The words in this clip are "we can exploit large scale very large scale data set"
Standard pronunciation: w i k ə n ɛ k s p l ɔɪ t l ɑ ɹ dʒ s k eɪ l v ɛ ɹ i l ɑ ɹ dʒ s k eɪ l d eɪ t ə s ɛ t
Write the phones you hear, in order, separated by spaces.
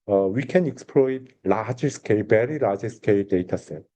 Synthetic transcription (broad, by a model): w i k ə n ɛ k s p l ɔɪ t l ɑ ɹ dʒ s k eɪ l b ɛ ɹ i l ɑ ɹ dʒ s k eɪ l d eɪ t ə s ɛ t